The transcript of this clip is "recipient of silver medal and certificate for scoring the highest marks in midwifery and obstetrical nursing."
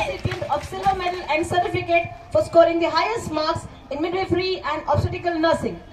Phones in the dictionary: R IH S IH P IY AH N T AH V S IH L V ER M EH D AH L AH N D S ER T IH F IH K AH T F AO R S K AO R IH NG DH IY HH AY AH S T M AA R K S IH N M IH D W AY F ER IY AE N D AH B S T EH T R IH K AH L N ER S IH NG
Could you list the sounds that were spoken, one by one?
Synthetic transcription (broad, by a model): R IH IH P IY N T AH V S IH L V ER M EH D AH L AH N D S ER T IH F IH K AH T F AO R S K AO R IH NG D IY HH AY AH S T M AA R K S IH N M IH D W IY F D IY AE N D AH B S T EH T IH K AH L N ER S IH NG